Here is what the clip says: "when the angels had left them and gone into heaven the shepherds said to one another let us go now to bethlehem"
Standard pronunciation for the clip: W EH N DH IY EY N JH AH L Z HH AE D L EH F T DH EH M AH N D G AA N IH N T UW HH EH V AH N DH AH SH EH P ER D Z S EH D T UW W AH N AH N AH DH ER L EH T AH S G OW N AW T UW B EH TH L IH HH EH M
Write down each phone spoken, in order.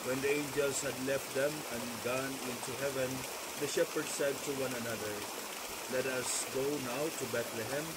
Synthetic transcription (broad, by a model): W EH N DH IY EY N JH AH L Z HH AE D L EH F T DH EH M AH N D G AA N IH N T UW HH EH V AH N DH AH SH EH P ER D S EH D T UW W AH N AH N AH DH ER L EH T AH S G OW N AW T UW B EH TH L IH HH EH M